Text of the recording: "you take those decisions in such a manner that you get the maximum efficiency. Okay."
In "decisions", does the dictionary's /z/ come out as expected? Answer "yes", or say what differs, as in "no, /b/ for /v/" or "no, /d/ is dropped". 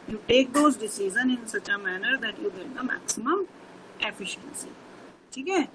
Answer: no, /z/ is dropped